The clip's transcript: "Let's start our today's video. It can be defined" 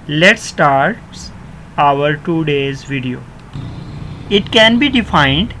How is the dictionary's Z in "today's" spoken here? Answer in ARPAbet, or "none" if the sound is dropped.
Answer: Z